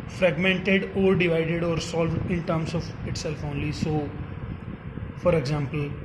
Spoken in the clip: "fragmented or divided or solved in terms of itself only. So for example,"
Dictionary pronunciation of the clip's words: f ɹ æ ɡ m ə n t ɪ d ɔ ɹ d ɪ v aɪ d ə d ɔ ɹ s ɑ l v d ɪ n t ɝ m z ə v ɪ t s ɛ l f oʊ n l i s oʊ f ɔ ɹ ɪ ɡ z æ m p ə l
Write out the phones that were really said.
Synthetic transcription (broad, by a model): f ɹ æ ɡ m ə n t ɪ d ɔ ɹ d ɪ v aɪ d ə d ɔ ɹ s ɑ l v d ɪ n t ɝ m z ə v ɪ t s ɛ l f oʊ n l i s oʊ f ɔ ɹ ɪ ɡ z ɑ m p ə l